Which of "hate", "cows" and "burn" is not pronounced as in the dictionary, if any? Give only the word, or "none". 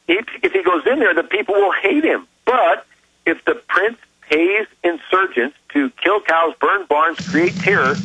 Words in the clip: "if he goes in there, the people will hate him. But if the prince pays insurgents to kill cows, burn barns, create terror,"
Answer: none